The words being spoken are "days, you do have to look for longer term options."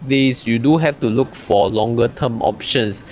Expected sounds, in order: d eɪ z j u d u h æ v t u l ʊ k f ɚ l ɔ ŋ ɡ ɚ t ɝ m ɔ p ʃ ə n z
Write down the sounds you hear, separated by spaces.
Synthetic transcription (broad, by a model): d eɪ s j u d u h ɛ f t u l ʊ k f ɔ l ɔ ŋ ɡ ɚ t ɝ m ɔ p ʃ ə n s